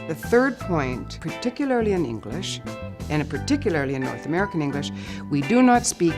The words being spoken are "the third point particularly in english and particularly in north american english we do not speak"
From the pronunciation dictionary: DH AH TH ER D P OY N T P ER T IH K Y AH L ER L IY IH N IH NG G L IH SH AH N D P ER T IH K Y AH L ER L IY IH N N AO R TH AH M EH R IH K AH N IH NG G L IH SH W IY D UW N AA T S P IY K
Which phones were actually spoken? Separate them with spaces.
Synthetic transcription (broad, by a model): DH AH TH ER D P OY N T P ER T IH K Y L ER L IY IH N IH NG G L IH SH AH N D P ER T IH K Y L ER L IY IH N N AO R TH AH M EH R IH K AH N IH NG G L IH SH W IY D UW N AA T S P IY K